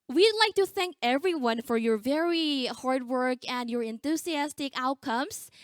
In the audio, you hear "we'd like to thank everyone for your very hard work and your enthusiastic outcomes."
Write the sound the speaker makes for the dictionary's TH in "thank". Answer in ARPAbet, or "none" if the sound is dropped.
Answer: TH